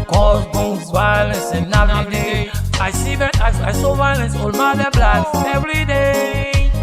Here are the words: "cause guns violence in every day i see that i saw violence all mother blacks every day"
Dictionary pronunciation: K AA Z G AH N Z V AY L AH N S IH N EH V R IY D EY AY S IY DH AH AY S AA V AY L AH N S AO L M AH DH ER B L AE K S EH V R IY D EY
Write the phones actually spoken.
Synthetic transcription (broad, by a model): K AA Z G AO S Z V AY L AH N S IH N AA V IY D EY AY S IY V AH AY S AA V AY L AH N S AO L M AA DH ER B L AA S EH V R IY D EY